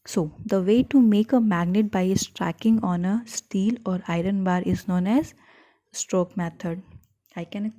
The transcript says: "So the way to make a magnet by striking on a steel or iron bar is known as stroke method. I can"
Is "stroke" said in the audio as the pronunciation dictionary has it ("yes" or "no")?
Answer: yes